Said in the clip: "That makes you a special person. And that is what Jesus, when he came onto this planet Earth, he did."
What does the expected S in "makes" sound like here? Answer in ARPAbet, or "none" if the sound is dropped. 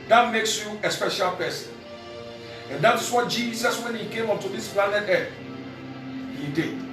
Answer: S